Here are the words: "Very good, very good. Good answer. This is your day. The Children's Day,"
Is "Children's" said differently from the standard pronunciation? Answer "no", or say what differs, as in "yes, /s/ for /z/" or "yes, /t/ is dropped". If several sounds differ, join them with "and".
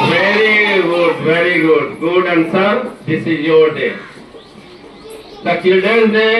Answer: yes, /ɹ/ is dropped